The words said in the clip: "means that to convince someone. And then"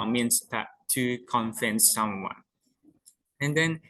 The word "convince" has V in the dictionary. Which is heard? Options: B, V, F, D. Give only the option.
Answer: F